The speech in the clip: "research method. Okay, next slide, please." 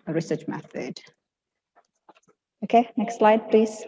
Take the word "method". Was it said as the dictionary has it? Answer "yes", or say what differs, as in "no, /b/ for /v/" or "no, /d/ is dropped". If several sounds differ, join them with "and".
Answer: yes